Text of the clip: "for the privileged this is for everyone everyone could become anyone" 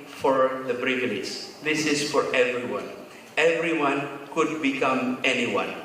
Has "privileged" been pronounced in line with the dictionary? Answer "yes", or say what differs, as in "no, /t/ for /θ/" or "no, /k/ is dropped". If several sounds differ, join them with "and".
no, /b/ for /p/ and /n/ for /l/